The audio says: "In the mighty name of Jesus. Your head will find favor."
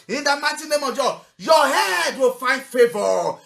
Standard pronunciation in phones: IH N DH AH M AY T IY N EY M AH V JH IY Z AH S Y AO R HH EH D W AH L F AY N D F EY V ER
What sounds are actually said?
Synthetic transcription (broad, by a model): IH N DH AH M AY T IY N EY M AH V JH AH Y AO HH EH D W AH L F AY N D F EY V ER